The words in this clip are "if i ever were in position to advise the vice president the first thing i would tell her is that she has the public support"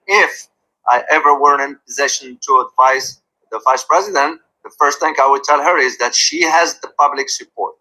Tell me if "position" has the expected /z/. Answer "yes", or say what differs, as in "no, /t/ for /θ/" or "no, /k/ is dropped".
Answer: yes